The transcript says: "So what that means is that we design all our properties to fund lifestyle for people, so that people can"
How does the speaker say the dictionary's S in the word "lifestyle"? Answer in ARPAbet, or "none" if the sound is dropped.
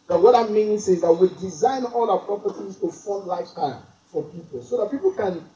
none